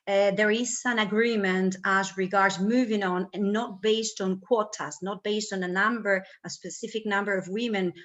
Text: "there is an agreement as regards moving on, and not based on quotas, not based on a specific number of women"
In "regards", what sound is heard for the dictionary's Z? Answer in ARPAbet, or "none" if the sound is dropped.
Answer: Z